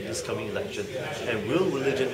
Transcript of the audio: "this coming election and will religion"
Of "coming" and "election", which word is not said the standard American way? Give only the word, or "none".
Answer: none